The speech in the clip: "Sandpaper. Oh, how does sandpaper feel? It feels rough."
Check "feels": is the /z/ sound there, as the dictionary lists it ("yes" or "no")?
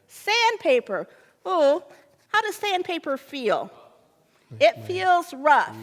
yes